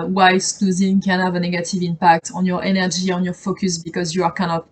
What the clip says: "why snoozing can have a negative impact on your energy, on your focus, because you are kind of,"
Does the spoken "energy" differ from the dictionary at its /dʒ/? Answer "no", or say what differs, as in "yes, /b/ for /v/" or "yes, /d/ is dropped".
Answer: yes, /ʒ/ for /dʒ/